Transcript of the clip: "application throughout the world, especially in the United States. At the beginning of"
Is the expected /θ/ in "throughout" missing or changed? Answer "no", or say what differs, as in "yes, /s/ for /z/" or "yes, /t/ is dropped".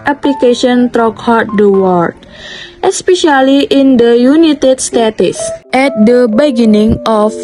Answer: yes, /t/ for /θ/